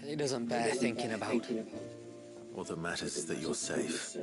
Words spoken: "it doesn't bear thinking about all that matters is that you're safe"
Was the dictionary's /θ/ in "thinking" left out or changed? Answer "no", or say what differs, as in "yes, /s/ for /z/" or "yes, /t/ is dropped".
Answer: no